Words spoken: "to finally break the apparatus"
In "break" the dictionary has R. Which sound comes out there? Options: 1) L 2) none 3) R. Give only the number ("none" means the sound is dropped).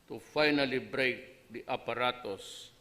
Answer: 3